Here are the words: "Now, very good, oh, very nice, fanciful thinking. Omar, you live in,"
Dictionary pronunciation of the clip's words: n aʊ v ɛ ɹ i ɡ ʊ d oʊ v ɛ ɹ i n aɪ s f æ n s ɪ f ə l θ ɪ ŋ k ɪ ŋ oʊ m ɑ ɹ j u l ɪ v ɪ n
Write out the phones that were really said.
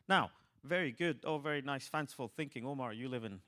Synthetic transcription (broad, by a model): n aʊ v ɛ ɹ i ɡ ʊ d oʊ v ɛ ɹ i n aɪ s f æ n s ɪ f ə l θ ɪ ŋ k ɪ ŋ oʊ m ɑ ɹ j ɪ l ɪ v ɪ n